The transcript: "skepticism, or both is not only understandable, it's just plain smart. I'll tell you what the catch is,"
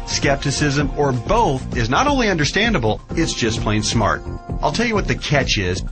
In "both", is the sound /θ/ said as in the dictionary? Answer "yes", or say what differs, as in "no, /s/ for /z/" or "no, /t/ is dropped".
yes